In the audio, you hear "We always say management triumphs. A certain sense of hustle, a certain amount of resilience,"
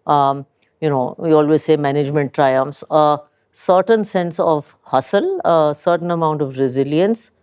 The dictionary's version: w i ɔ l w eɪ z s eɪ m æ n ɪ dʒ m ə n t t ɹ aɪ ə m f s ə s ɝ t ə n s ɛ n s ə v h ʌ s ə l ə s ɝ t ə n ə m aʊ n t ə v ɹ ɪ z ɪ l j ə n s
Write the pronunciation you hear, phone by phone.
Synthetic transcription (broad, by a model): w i ɔ l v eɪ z s eɪ m æ n ɪ dʒ m ə n t t ɹ aɪ ə m f s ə s ɝ t ə n s ɛ n s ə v h ʌ s ə l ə s ɝ t ə n ə m aʊ n t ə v ɹ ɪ z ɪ l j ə n s